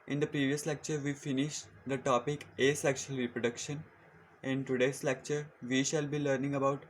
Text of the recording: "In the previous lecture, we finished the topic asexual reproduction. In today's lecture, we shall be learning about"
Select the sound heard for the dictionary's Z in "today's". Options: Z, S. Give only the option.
S